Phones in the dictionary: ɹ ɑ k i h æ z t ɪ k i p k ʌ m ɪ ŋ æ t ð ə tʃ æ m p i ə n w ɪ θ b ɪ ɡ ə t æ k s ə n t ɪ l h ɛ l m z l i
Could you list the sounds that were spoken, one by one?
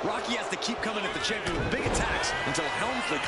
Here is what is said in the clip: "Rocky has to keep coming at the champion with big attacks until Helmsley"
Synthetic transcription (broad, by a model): ɹ ɑ k i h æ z t ɪ k i p k ʌ m ɪ ŋ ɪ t ð ə tʃ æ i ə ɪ b ɪ ɡ ə t æ k s ə n t ɪ l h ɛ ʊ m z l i